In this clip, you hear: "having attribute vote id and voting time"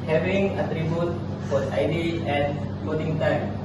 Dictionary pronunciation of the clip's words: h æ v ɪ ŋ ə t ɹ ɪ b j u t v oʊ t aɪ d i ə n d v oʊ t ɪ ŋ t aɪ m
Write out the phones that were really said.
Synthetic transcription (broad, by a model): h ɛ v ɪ ŋ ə t ɹ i b j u t f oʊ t aɪ d i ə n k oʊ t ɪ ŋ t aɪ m